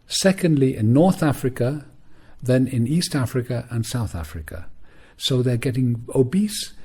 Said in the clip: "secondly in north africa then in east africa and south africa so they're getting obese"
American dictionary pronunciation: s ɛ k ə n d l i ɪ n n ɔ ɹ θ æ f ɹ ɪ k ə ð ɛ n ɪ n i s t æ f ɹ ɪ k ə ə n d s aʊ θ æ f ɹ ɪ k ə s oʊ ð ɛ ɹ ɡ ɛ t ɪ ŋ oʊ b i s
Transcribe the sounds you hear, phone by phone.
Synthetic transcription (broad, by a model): s ɛ k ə n d l i ɪ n n ɔ ɹ θ æ f ɹ ɪ k ə ð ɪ n ɪ n i s t æ f ɹ ɪ k ə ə n s aʊ θ æ f ɹ ɪ k ə s oʊ ð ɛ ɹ ɡ ɛ t ɪ ŋ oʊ b i s